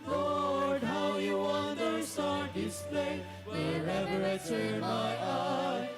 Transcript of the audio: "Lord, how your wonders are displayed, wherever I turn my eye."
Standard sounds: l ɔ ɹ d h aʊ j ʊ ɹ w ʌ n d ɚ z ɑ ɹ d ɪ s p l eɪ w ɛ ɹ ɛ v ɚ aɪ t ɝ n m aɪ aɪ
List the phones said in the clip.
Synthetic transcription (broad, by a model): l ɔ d h aʊ j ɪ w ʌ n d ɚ s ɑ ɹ d ɪ s p l eɪ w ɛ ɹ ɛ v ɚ aɪ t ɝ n m aɪ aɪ